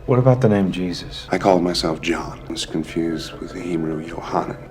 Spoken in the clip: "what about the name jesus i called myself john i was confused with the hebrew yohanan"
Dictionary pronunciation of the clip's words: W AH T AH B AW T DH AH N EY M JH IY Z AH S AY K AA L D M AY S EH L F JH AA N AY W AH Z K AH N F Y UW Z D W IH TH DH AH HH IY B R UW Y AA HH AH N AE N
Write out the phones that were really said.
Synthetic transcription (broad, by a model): W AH T AH B AW T DH AH N EY M JH IY Z AH S AY K AA L D M AY S EH L F JH AA N W AH Z K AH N F Y UW Z D W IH DH AH HH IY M R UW Y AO HH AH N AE